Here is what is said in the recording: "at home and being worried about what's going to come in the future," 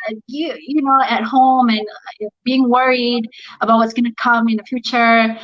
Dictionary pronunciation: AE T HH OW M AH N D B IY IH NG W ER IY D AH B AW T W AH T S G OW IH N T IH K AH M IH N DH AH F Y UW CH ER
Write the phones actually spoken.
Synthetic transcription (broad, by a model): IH T HH OW M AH N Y B IY IH NG W ER IY D AH B AW T W AH T S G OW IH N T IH K AH M IH N DH AH F Y UW CH ER